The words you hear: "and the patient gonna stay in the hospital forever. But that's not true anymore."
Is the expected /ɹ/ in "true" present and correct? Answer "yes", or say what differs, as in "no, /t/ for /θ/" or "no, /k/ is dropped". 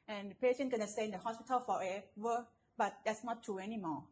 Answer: no, /ɹ/ is dropped